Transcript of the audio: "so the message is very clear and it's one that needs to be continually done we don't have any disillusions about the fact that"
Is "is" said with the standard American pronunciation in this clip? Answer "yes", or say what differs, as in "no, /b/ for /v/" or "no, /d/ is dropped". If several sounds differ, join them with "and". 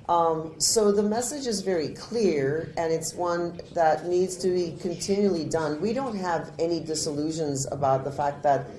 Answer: yes